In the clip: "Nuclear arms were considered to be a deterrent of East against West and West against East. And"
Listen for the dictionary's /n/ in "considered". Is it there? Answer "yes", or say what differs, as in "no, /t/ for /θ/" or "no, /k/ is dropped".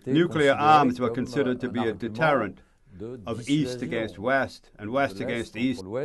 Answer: yes